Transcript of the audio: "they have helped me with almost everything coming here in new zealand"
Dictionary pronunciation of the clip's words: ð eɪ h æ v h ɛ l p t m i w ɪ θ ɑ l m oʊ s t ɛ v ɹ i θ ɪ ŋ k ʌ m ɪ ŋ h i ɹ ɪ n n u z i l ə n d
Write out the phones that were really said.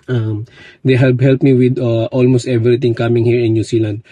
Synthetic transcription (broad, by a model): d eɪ h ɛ p h ɛ l p m i w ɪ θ ɑ l m oʊ s t ɛ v ɹ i t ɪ ŋ k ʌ m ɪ ŋ h i ɹ ɪ n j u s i l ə n d